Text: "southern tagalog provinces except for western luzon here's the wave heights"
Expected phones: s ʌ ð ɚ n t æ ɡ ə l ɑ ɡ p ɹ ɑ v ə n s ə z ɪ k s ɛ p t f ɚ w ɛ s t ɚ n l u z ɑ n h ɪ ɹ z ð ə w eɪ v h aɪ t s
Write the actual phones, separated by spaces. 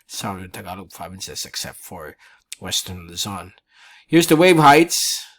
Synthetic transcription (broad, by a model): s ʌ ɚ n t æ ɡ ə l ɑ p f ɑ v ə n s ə s ɪ k s ɛ p t f ɚ w ɛ s t ɚ n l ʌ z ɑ n h ɪ ɹ z ð ə w eɪ v h aɪ t s